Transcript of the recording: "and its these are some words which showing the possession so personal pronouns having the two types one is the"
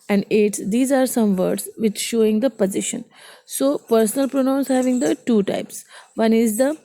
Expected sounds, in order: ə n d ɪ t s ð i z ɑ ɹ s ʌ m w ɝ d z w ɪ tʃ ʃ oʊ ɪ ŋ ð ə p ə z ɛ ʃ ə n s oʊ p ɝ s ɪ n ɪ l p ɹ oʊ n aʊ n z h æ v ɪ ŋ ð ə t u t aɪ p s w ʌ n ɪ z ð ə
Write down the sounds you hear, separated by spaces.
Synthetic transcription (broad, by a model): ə n d ɪ t s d i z ɑ ɹ s ʌ m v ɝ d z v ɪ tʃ ʃ oʊ ɪ ŋ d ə p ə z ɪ ʃ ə n s oʊ p ɝ s ɪ n ɪ l p ɹ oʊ n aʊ n s h æ v ɪ ŋ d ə t u t aɪ p s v ʌ n ɪ z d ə